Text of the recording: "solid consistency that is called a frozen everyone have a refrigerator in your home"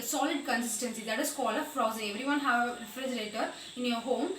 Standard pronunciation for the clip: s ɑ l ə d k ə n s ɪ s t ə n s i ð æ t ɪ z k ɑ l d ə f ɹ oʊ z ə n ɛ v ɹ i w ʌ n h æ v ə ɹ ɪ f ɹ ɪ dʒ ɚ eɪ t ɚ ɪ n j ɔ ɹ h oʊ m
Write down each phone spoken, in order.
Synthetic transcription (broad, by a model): s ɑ l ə d k ə n s ɪ s t ə n s i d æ t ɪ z k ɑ l ə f ɹ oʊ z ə ɛ v ɹ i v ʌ n h æ v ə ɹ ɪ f ɹ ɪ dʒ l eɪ t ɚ ɪ n j ɔ ɹ h oʊ m